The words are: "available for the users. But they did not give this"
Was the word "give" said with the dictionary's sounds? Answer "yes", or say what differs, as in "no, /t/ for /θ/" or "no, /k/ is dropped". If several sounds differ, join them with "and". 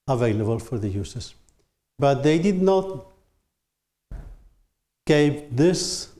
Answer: no, /p/ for /v/